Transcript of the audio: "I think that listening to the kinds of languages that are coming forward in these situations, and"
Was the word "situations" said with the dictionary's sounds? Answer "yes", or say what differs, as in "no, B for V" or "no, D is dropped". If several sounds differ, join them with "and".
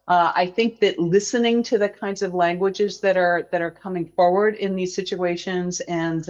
yes